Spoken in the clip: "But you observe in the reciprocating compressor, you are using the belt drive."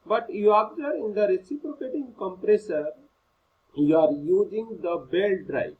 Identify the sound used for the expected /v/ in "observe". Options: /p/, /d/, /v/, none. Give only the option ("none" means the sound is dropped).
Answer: none